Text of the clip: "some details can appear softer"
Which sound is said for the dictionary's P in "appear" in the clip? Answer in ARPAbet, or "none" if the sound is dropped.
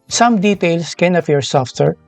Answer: F